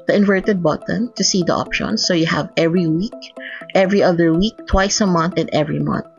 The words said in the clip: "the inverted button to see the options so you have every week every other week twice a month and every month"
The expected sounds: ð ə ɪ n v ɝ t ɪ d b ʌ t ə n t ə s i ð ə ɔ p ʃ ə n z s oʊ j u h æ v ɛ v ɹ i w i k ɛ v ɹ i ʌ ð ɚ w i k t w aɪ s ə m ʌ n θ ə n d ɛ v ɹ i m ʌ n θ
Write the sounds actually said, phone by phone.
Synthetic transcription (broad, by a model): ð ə ɪ n v ɝ t ɪ d b ʌ t ə n t ə s i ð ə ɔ p ʃ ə n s oʊ j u h æ v ɛ v ɹ i w i k ɛ v ɹ i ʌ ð ɚ w i k t w aɪ s ə m ʌ n θ ə n d ɛ v ɹ i m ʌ n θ